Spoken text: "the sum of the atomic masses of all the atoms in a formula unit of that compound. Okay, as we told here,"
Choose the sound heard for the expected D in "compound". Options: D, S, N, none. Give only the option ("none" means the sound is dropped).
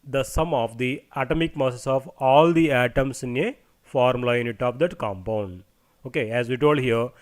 D